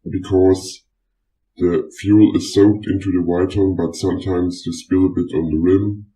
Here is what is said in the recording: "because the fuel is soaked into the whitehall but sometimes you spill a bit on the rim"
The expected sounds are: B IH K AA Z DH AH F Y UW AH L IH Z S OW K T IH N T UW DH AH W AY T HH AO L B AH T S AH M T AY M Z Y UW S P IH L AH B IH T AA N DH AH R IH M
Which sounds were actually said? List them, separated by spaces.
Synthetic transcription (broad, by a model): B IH K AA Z DH AH F Y UW L IH Z S OW K T IH N T UW DH AH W AY T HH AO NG B AH T S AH M T AY M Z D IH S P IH L AH B IH T N DH AH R IH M